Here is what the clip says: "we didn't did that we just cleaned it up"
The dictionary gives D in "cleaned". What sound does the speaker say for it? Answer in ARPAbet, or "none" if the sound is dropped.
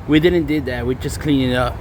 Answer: none